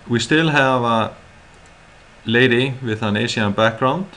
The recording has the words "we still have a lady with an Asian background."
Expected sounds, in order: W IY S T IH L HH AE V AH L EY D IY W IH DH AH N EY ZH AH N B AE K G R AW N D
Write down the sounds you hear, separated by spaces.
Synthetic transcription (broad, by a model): W IY S T IH L HH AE V AH L EY D IY W IH DH AH N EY S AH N B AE K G R AW N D